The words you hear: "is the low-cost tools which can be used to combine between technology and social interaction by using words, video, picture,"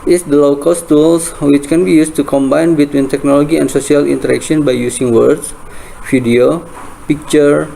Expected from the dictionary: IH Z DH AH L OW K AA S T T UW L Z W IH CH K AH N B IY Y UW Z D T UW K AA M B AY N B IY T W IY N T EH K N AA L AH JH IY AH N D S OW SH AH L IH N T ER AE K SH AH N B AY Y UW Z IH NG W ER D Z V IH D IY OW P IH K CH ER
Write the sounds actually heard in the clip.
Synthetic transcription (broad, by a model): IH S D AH L OW K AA S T T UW L S W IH CH K AH N B IY Y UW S T UW K AA M B AY N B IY T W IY N T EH K N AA L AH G IY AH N S OW S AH L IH N T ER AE K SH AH N B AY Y UW S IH NG W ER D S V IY D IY OW P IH K CH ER